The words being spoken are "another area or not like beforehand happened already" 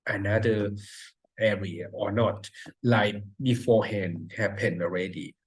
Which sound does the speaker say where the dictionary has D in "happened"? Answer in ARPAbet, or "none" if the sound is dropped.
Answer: none